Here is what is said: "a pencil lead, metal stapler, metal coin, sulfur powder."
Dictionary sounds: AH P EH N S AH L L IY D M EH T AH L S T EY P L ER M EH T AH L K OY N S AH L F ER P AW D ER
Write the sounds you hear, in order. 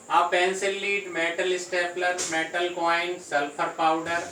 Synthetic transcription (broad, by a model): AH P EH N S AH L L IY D M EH T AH L S T EY P L ER M EH T AH L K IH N S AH L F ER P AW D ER